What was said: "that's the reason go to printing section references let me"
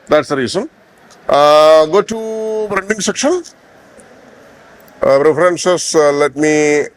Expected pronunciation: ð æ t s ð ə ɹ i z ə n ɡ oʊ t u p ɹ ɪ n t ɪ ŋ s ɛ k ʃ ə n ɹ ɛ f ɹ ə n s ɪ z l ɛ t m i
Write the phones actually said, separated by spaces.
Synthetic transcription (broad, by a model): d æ t s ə ɹ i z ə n ɡ oʊ t u b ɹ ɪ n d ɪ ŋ s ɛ k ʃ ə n ɹ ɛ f ɹ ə n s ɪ s l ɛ t m i